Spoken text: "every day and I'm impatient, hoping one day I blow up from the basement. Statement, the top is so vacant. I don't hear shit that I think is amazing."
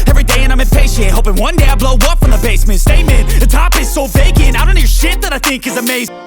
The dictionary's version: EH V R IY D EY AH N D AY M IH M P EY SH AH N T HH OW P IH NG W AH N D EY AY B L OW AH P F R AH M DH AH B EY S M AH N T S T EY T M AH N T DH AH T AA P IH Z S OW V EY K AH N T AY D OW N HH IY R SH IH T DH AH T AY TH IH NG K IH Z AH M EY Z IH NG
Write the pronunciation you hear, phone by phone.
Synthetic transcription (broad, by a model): EH V R IY D EY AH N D AY M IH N P EY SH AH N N HH OW P IH NG W AH N D EY AY B L OW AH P F R AH M DH AH B EY S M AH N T S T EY M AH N DH AH T AA P IH Z S OW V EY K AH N AY D OW N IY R SH IH T DH AH T AY TH IH NG K IH Z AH M EY IH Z